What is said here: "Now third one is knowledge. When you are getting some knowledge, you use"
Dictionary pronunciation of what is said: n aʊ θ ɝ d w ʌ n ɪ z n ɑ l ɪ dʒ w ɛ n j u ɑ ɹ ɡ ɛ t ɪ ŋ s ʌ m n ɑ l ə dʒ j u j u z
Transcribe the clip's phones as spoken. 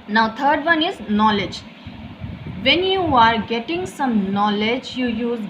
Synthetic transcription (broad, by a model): n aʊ t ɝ d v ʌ n ɪ z n ɑ l ɪ dʒ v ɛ n j u ɑ ɹ ɡ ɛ t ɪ ŋ s ʌ m n ɑ l ə dʒ j u j u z